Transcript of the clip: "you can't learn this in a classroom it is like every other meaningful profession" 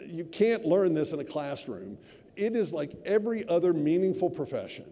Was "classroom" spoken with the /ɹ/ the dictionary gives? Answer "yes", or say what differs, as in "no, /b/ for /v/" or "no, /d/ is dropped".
yes